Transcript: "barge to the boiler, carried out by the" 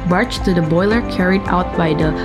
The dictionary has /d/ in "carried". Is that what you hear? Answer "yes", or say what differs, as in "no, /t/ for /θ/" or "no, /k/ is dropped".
yes